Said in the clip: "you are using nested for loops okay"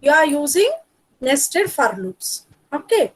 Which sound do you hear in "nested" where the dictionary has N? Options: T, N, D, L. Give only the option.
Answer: N